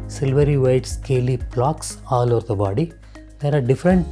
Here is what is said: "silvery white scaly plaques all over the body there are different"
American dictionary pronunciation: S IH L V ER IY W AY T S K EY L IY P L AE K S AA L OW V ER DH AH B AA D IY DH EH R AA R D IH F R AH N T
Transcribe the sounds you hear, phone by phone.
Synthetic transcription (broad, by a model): S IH L V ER IY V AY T S K EY L IY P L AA K S AA L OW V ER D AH B AA D IY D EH R AA R D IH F R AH N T